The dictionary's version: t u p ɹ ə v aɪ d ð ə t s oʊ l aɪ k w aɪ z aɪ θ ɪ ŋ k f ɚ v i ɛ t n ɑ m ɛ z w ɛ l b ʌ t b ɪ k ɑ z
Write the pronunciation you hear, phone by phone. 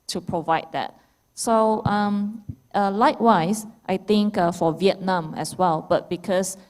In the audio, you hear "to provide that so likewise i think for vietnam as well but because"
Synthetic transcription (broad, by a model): t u p ɹ ə v aɪ d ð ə t s oʊ l aɪ k w aɪ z aɪ t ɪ ŋ k f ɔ v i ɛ t n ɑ m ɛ s w ɛ l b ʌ t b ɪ k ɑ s